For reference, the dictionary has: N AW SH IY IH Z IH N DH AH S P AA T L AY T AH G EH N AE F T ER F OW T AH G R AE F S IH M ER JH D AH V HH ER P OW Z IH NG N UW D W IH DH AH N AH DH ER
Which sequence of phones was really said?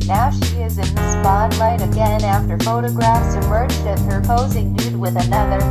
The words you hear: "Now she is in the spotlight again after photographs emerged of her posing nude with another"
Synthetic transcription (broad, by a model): N AW SH IY IH Z IH N DH AH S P AA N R AY T AH G EH N AE F T ER F OW T AH G R AE F S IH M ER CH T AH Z HH ER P OW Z IH NG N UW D W IH DH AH N AH DH ER